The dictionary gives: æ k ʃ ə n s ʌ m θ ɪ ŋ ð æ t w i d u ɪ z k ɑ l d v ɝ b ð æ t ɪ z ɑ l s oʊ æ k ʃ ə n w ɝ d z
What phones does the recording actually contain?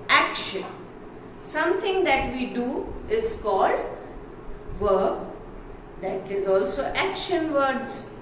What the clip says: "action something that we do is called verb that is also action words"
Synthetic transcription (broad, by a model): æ k ʃ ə n s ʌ m t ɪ ŋ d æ t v i d u ɪ z k ɑ l d v ɝ b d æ t ɪ z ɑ l s oʊ æ k ʃ ə n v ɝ d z